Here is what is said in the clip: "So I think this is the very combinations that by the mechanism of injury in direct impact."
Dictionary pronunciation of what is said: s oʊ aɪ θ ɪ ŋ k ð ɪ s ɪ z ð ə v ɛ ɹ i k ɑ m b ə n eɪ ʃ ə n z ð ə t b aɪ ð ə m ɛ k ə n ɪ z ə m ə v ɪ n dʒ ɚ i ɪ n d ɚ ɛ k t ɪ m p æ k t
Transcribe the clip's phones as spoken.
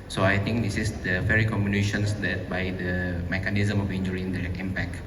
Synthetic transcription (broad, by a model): s oʊ aɪ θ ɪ ŋ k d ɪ s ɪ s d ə f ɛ ɹ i k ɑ m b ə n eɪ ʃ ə n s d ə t b aɪ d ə m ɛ k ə n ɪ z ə m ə f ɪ n dʒ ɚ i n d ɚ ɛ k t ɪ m p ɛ k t